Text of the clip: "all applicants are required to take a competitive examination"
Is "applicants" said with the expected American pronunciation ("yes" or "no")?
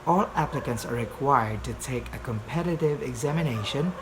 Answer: yes